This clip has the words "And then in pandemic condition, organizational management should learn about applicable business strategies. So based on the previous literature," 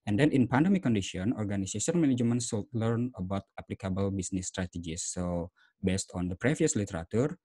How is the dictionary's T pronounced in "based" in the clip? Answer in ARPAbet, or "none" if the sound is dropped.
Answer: T